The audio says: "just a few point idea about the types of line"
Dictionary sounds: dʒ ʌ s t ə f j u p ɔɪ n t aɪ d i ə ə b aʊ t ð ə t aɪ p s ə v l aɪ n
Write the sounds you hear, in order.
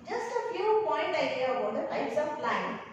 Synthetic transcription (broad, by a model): dʒ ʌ s t ə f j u p ɔɪ n t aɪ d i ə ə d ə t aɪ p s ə p l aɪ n